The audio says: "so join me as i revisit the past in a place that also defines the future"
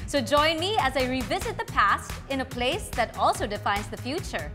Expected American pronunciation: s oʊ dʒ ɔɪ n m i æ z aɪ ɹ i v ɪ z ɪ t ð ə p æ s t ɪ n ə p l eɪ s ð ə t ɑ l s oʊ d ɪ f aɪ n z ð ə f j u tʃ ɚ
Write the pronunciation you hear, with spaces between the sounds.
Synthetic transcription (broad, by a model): s oʊ dʒ ɔɪ n m i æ z aɪ ɹ i v ɪ z ɪ t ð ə p æ s t ɪ n ə p l eɪ s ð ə t ɑ l s oʊ d ɪ f aɪ n z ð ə f j u tʃ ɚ